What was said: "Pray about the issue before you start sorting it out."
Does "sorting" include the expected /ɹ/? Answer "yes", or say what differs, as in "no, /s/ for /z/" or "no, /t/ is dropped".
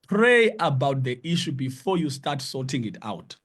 no, /l/ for /ɹ/